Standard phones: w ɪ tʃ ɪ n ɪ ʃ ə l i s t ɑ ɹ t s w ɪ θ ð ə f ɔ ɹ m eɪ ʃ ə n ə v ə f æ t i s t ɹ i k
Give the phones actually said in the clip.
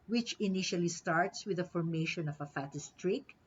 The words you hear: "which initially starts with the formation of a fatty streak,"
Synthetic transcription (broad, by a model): w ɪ tʃ ɪ n ɪ ʃ ə l i s t ɑ ɹ t s w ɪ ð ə f ɔ ɹ m eɪ ʃ ə n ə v ə f æ t i s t ɹ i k